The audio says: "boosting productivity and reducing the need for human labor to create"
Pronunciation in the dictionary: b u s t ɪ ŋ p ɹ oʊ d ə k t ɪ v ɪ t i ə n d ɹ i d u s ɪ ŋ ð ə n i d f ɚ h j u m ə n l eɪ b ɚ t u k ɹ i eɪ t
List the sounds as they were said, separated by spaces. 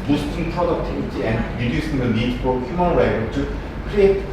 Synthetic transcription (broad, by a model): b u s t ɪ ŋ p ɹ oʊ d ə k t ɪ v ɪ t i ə n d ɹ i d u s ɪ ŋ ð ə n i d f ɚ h j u m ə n w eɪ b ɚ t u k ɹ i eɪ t